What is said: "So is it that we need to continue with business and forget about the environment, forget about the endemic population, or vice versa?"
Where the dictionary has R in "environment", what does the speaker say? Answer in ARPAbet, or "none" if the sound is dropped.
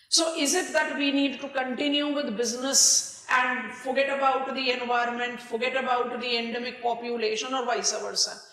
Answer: R